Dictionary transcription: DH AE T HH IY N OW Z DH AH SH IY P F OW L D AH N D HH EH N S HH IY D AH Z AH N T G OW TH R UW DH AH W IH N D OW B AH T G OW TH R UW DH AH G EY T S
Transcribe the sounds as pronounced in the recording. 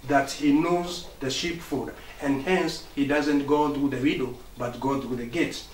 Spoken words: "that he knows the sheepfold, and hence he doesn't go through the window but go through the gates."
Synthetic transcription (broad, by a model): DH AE T HH IY N OW Z DH AH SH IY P F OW D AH N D HH EH N S HH IY D AH Z AH N T G OW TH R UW DH AH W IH D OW B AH T G OW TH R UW DH AH G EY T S